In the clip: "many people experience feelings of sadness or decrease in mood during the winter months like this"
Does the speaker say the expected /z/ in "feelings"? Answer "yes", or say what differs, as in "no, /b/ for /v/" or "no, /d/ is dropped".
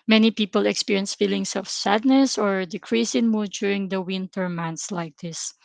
no, /s/ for /z/